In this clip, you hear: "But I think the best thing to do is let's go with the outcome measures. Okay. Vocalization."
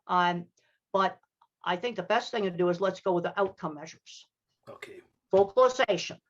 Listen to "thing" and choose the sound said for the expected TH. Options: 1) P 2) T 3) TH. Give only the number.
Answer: 3